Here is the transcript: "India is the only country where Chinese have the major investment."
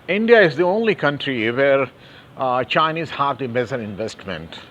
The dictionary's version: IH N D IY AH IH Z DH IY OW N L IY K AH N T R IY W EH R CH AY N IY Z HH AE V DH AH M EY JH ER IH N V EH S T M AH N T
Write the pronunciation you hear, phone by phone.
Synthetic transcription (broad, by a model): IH N D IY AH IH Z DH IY OW N L IY K AH N T R IY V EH R CH AY N IY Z HH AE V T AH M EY Z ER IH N V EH S T M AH N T